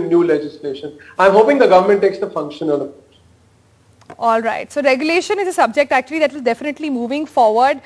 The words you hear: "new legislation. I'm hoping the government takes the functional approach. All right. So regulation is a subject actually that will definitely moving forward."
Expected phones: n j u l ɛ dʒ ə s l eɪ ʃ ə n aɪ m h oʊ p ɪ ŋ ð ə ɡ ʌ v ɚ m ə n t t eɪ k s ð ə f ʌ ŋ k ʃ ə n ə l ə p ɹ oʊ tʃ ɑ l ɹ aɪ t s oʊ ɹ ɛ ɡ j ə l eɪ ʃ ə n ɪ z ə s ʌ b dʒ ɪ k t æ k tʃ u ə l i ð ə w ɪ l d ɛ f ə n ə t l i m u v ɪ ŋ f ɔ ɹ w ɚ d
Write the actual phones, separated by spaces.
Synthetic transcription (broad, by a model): n j u l ɛ dʒ ə s l eɪ ʃ ə n aɪ m h oʊ p ɪ ŋ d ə ɡ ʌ v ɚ m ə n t t eɪ k s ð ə f ʌ ŋ k ʃ ə n ə l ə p oʊ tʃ ɑ l ɹ aɪ t s oʊ ɹ ɛ ɡ j ə l eɪ ʃ ə n ɪ z ə s ʌ b dʒ ɪ k t æ k tʃ u ə l i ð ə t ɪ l d ɛ f ə n ə t l i m u v ɪ ŋ f ɔ ɹ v ɚ d